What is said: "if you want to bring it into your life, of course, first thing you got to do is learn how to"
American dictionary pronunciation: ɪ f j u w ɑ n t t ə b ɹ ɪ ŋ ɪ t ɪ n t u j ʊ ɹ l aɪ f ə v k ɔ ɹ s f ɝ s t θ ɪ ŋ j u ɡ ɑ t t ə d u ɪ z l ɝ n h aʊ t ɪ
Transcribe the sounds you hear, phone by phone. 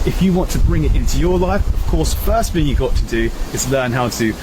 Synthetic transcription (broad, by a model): ɪ f j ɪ w ɑ n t t ə b ɹ ɪ ŋ ɪ t ɪ n t u j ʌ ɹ l aɪ f ə v k ɔ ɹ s f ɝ s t θ ɪ ŋ j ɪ ɡ ɑ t t ə d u ɪ z l ɝ n h aʊ t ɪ